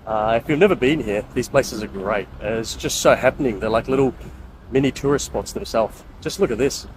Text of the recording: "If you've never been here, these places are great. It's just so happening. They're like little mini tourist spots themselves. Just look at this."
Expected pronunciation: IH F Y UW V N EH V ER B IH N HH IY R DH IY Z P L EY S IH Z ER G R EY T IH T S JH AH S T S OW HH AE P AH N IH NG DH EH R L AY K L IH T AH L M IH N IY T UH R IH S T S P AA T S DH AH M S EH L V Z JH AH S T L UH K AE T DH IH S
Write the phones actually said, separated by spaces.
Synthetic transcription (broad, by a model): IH F Y UW V N EH V ER B IH N HH IY R DH IY Z P L EY S IH Z ER G R EY T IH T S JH AH S T S OW HH AE P AH N IH NG DH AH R L AY K L IH T L M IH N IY T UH R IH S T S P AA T S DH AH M S EH L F JH AH S T L UH K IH T DH IH S